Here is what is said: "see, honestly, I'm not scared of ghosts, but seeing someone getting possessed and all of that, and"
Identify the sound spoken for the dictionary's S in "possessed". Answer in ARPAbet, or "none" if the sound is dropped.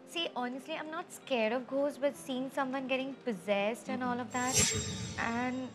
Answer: S